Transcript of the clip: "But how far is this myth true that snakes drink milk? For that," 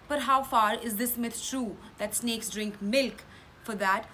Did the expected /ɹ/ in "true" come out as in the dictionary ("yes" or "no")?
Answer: yes